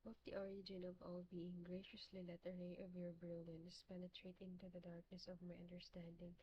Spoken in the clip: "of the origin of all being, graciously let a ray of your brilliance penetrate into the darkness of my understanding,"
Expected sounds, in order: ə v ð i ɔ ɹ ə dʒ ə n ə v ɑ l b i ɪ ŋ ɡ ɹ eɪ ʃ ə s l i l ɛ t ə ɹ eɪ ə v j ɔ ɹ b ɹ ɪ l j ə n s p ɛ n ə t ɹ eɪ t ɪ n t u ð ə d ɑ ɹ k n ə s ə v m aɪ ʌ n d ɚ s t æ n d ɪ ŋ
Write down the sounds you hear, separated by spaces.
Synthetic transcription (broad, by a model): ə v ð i ɔ ɹ ə dʒ ə n ə v ɑ l b i ɪ ŋ ɡ ɹ eɪ ʃ ə s l i l ɛ t ə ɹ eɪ ə v j ɔ ɹ b ɹ ɪ l j ə n s p ɛ n ə t ɹ eɪ t ɪ n t u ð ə d ɑ ɹ k n ə s ə v m aɪ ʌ n d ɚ s t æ n d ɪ ŋ